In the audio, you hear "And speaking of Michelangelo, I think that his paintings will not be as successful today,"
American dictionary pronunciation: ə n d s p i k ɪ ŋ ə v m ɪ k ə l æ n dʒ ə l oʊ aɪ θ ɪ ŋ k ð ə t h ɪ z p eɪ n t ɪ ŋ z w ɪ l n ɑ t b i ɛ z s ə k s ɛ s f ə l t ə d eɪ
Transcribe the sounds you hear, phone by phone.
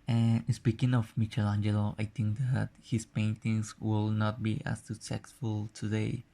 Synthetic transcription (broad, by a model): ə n s p i k ɪ ŋ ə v m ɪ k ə l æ n dʒ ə l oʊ aɪ t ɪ ŋ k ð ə t h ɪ s p eɪ n t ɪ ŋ s w ɪ l n ɑ t b i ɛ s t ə s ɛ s f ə l t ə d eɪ